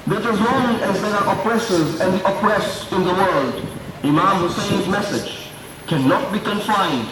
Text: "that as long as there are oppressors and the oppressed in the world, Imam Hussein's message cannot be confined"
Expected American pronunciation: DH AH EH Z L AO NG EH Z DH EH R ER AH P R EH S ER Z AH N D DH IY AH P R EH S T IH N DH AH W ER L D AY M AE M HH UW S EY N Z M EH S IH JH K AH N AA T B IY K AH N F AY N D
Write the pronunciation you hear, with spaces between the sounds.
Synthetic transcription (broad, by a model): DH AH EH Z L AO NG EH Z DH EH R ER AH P R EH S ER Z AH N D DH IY AH P R EH S T IH N DH AH W ER L D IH M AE M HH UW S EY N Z M EH S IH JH K AH N AA T B IY K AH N F AY N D